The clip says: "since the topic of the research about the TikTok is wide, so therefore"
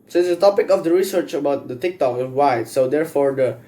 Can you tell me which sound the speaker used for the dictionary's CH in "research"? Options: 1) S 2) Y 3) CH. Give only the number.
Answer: 3